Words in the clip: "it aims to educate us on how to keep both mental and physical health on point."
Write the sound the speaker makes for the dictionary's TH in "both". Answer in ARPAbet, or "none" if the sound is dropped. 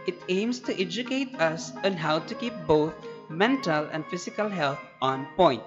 T